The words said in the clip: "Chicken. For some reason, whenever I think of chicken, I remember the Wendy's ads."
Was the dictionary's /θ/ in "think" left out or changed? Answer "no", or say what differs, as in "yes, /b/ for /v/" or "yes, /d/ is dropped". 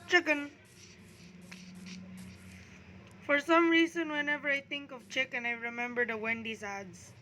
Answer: yes, /t/ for /θ/